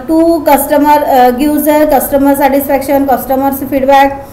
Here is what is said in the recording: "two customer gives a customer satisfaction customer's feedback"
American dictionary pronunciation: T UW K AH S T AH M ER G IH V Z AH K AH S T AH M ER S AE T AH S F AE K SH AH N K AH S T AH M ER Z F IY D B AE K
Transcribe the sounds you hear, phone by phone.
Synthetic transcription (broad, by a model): T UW K AH S T AH M ER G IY Z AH K AH S T AH M ER S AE T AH S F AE K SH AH N K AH S T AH M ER S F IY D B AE K